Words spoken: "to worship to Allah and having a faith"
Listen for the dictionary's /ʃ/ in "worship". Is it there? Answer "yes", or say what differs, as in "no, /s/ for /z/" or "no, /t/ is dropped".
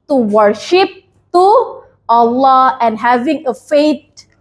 yes